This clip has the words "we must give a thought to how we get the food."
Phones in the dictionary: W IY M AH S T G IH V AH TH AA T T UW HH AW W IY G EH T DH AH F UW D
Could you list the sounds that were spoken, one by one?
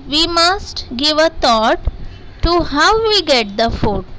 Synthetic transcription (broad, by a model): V IY M AH S T G IH V AH T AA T T UW HH AW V IY G EH T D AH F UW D